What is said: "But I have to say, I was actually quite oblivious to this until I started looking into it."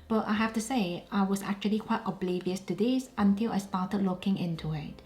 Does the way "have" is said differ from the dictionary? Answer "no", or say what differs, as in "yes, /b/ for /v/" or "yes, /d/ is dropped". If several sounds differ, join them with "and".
yes, /f/ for /v/